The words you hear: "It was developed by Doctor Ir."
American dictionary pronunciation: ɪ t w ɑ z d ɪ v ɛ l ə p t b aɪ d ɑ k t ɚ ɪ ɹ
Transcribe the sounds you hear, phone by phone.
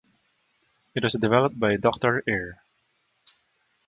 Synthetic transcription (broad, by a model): ɪ t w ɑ s d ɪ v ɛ l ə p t b aɪ d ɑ k t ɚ ɪ ɹ